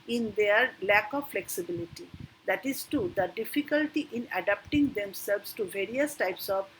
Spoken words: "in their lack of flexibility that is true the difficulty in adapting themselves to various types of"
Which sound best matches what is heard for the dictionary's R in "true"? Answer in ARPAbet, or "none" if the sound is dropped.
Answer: none